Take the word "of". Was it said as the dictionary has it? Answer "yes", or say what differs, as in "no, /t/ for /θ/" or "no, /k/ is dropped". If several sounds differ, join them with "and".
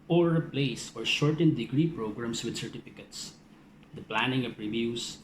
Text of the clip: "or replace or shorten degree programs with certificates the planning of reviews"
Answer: no, /p/ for /v/